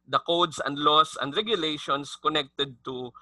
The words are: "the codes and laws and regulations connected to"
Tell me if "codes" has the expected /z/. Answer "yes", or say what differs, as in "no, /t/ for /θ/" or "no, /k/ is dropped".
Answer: no, /s/ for /z/